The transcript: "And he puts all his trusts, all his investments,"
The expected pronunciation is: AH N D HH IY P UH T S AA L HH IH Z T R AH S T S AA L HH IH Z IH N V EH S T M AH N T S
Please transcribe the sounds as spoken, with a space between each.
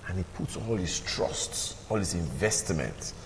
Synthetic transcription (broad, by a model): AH N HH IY P UH T S AA L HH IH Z T R AH S T S AA L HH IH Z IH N V EH S T M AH N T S